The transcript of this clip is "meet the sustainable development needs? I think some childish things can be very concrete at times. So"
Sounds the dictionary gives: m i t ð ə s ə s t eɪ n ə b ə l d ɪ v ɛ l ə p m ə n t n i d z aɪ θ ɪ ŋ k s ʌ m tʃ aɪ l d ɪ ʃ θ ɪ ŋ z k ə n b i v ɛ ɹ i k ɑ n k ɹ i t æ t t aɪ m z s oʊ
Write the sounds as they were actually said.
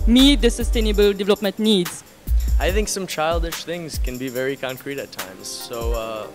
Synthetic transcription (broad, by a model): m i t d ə s ə s t eɪ n ə b ə l d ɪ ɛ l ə p m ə n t n i d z aɪ θ ɪ ŋ k s ʌ m tʃ aɪ l d ɪ ʃ θ ɪ ŋ z k ə n b i v ɛ ɹ i k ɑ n k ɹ i t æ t t aɪ m z s oʊ